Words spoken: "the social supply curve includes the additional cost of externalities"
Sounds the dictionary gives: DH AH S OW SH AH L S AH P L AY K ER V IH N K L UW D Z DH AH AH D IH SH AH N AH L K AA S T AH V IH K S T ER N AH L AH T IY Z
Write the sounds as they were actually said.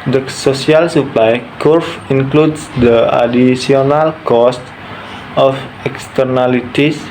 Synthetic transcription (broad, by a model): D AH S OW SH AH L S AH P L AY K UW F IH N K L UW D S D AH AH D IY S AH N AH L K AA S T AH F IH K S T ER N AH L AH T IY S